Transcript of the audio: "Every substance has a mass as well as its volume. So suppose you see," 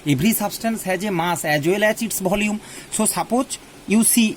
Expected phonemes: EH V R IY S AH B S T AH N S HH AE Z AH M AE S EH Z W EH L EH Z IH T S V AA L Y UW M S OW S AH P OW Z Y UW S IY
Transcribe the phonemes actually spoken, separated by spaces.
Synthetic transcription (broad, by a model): EH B R IY S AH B S T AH N S HH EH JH AH M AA S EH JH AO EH L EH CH IH T S B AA L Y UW M S OW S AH P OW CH Y UW S IY